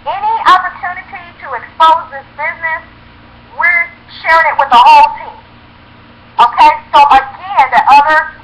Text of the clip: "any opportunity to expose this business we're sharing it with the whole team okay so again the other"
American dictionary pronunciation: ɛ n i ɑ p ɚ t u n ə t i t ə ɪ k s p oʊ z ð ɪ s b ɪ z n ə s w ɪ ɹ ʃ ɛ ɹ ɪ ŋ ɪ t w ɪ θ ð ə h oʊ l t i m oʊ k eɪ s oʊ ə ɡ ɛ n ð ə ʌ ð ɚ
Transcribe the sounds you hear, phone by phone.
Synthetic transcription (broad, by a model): ɛ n i ɑ p ɚ t u n ə t i t ə ɪ k s p oʊ z ð ɪ s b ɪ z n ə s w ɪ ɹ ʃ ɛ ɹ ɪ ŋ ɪ t w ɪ ð ə h oʊ l t i m oʊ k eɪ s oʊ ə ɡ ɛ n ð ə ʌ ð ɚ